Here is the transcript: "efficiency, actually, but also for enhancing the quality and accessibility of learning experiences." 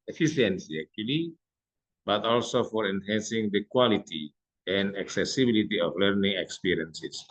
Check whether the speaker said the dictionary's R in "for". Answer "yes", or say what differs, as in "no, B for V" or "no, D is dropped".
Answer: yes